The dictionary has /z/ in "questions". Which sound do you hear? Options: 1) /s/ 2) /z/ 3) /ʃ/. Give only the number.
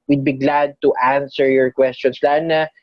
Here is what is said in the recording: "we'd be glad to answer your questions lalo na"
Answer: 1